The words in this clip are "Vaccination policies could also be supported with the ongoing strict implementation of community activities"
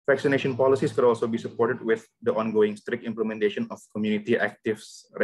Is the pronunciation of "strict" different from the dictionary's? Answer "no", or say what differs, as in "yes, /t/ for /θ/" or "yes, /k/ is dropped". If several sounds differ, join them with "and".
no